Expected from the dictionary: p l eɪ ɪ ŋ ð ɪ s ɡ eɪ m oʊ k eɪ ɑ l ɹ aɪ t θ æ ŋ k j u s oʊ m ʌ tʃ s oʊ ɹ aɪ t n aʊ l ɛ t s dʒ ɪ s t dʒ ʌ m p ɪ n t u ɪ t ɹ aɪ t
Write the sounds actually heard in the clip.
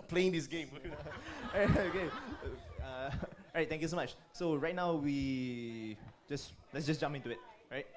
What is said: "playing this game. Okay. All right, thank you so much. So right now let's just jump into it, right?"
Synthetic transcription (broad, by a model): p l eɪ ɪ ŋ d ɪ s ɡ eɪ m oʊ k eɪ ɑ ɹ aɪ t t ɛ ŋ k j u s oʊ m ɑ tʃ s oʊ ɹ aɪ t n aʊ l ɛ t s dʒ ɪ s dʒ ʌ m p ɪ n t u ɪ t ɹ aɪ t